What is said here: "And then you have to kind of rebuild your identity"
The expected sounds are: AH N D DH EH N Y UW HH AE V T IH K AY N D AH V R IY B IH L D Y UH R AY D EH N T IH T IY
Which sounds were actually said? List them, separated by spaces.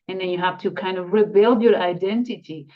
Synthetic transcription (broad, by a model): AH N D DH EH N Y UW HH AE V T IH K AY N D AH V R IY B IH L D Y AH R AY D EH N T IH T IY